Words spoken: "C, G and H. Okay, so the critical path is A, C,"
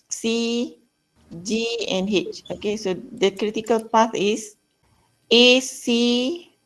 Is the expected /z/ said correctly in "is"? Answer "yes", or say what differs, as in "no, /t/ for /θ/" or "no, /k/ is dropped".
no, /s/ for /z/